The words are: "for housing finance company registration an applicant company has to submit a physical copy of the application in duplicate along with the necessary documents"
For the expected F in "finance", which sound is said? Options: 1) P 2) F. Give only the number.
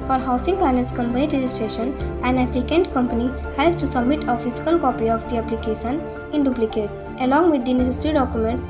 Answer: 1